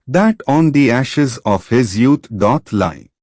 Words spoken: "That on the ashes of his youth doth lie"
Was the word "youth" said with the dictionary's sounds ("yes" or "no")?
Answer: no